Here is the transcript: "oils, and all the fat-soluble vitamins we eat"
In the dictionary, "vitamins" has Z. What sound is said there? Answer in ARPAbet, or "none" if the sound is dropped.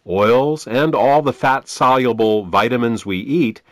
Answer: Z